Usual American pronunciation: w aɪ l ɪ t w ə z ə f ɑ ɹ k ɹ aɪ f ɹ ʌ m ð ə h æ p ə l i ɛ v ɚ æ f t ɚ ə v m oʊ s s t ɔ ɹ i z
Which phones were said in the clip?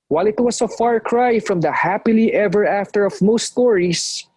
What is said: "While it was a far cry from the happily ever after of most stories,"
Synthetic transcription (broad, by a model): w aɪ l ɪ t w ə s ə f ɑ ɹ k ɹ aɪ f ɹ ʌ m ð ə h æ p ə l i ɛ v ɚ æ f t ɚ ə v m oʊ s s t ɔ ɹ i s